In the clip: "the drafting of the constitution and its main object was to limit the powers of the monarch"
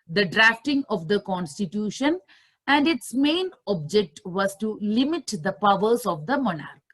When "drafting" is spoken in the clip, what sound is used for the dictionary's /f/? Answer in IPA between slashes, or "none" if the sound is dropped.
/f/